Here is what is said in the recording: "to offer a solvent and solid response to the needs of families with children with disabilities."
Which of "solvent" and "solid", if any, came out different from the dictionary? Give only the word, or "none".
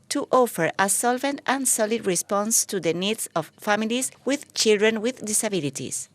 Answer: none